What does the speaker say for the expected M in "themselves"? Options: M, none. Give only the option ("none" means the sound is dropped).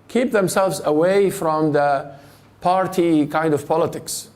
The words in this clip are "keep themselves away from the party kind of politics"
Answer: M